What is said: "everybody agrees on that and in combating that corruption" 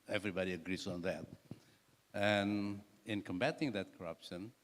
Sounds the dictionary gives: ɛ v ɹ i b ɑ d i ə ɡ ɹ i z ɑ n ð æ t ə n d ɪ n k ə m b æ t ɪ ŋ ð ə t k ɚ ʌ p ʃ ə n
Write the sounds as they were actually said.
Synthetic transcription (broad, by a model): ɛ v ɹ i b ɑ d i ə ɡ ɹ i z ɑ n ð æ t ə n ɪ n k ə m b æ t ɪ ŋ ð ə t k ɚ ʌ p ʃ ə n